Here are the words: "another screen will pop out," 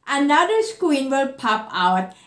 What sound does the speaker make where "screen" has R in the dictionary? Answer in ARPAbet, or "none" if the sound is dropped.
W